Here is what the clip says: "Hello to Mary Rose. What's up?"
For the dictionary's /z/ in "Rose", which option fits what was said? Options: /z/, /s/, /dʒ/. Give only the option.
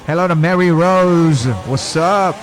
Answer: /z/